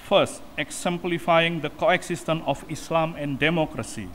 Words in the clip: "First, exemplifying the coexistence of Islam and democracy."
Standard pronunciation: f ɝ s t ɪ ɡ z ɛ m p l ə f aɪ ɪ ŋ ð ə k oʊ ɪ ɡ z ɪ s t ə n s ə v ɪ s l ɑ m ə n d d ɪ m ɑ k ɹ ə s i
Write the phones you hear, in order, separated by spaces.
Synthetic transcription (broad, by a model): f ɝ s t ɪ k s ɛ m p l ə f aɪ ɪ ŋ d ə k oʊ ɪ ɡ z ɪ s t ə n ə f ɪ s l ɑ m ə n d d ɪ m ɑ k ɹ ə s i